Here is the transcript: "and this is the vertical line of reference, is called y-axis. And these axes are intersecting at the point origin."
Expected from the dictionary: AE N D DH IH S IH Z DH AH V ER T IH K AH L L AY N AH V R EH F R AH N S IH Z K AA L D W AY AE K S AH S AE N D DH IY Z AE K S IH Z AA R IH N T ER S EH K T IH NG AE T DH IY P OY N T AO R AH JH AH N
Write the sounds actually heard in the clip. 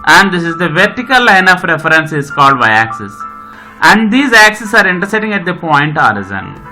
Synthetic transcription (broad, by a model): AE N D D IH S IH Z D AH V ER T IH K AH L L AY N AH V R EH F R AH N S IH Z K AA L D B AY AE K S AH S AE N D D IY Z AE K S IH S AA R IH N T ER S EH T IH NG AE T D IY P OY N T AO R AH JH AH N